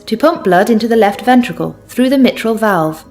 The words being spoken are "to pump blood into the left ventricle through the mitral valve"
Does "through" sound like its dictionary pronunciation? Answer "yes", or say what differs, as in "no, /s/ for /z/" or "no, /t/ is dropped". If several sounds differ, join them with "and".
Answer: yes